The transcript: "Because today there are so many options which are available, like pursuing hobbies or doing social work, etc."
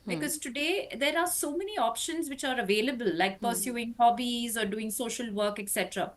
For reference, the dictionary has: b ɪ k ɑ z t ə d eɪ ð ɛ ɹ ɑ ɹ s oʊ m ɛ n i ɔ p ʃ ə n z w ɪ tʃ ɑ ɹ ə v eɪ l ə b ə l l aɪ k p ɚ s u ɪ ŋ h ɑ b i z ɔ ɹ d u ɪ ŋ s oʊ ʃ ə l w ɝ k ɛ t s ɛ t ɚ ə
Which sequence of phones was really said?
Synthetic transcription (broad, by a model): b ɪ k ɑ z t ə d eɪ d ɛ ɹ ɑ ɹ s oʊ m ɛ n i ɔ p ʃ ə n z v ɪ tʃ ɑ ɹ ə v eɪ l ə b ə l l aɪ k p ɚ s u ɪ ŋ h ɑ b i z ɔ ɹ d u ɪ ŋ s oʊ ʃ ə l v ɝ k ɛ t s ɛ t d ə